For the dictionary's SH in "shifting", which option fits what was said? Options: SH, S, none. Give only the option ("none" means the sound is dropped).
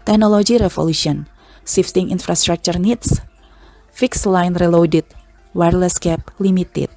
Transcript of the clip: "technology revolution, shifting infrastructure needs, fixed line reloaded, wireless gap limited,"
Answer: S